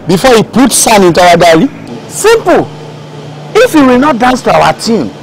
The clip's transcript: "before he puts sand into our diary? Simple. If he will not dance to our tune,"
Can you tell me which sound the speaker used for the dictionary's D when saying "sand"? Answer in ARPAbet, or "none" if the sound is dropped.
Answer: none